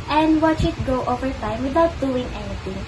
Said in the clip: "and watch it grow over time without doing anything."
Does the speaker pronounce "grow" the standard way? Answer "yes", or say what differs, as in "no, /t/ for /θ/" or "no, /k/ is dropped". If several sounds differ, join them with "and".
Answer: no, /ɹ/ is dropped